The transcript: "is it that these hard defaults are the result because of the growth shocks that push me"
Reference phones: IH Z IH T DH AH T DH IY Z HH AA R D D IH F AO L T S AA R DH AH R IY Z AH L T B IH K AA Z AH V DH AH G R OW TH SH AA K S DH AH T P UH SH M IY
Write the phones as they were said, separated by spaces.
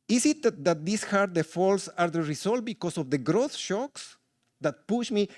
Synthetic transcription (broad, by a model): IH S IH T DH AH T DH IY S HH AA R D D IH F AO L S AA R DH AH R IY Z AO L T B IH K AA S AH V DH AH G R OW TH SH AA K S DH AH T P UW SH M IY